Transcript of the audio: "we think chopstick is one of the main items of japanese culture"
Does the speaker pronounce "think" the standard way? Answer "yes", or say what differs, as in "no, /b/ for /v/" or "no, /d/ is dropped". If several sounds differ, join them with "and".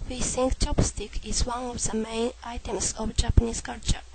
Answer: no, /s/ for /θ/